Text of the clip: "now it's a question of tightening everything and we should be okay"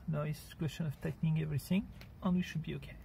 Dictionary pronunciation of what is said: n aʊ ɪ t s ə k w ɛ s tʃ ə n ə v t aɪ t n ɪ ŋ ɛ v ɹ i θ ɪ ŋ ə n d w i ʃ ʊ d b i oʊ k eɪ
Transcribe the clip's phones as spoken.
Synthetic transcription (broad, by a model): n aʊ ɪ s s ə k w ɛ s tʃ ə n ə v t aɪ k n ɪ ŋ ɛ v ɹ i θ ɪ ŋ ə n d w i ʃ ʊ d b i oʊ k eɪ